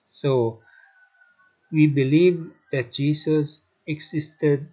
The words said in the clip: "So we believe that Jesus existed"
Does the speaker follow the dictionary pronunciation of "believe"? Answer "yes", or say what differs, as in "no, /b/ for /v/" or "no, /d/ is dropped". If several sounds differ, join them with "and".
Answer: yes